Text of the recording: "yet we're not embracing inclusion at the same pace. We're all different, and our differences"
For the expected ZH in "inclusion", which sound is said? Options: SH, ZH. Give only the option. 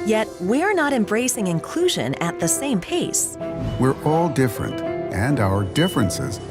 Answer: ZH